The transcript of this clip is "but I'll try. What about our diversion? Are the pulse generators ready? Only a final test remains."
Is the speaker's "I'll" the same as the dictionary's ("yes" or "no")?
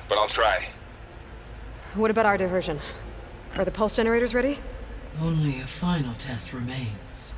yes